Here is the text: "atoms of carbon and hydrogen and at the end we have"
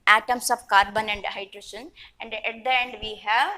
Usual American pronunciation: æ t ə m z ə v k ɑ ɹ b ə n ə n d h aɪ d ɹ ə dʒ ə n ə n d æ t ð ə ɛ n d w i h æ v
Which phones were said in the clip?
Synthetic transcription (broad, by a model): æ t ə m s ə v k ɑ ɹ b ə n ə n d h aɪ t ɹ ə ʃ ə n ə n d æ t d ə ɛ n d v i h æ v